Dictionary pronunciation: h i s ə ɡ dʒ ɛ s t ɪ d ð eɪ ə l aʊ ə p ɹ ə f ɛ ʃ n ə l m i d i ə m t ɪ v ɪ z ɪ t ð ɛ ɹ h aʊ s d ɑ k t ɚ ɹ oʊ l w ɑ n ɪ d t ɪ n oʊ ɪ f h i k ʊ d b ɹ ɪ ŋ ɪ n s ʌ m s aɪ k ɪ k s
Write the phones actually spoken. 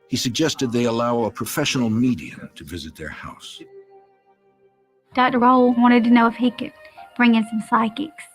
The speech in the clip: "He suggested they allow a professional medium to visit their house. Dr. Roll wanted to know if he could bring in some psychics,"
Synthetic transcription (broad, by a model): h i s ə ɡ dʒ ɛ s t ɪ d ð eɪ ə l aʊ ə p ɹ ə f ɛ ʃ n l m i d i ə m t ɪ v ɪ z ɪ t ð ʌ ɹ h aʊ s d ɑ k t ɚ ɹ oʊ l w ɑ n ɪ d t ɪ n oʊ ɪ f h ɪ k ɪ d b ɹ ɪ ŋ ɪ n s ʌ m s aɪ k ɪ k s